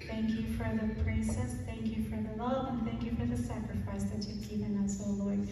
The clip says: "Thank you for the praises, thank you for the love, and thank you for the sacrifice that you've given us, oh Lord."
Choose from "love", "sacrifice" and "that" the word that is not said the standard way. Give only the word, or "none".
love